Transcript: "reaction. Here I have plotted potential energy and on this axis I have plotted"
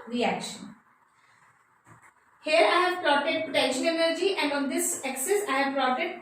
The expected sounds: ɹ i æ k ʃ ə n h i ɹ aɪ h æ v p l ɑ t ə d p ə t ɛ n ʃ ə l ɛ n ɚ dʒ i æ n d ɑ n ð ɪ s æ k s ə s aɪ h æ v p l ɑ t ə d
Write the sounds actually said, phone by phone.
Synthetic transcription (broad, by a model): ɹ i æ k ʃ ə n h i ɹ aɪ h æ v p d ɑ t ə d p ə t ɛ ʃ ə n ɛ n ɚ dʒ i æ n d ɑ n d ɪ s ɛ k s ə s aɪ h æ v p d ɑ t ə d